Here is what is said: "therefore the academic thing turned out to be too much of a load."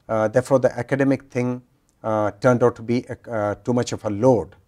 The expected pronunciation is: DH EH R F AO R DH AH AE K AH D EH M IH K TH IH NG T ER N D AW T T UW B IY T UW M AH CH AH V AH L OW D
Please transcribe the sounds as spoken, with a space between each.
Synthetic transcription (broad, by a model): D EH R F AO R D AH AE K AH D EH M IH K T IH NG T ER N D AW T T UW B IY T UW M AH CH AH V AH L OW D